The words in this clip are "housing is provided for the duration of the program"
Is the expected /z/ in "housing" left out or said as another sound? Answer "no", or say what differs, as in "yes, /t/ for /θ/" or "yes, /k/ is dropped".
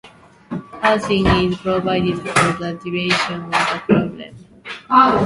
yes, /s/ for /z/